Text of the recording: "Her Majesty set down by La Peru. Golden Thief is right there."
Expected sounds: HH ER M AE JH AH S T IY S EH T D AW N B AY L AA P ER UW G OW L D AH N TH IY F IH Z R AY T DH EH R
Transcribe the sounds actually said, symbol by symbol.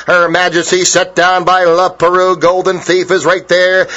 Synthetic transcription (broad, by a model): HH ER M AE JH AH S T IY S EH T D AW N B AY L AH P ER UW G OW L D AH N TH IY F IH Z R AY T DH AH R